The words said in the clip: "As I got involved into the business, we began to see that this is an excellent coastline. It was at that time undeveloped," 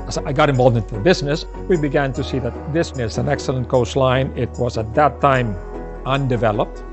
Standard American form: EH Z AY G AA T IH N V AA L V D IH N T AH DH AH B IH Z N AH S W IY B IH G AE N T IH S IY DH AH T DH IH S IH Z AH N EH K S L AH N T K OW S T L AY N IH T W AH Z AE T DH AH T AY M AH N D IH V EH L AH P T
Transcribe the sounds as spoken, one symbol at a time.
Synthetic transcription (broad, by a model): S AY G AA T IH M V AA L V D IH N T AH DH AH B IH Z N AH S W IY B IH G AE N T IH S IY DH AH T DH IH S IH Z AH N EH K S L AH N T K OW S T L AY N IH T W AH Z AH T DH AH T AY M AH N D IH V EH L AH P T